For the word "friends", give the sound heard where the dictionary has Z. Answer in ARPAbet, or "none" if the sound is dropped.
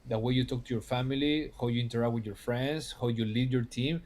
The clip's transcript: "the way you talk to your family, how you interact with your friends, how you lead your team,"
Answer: S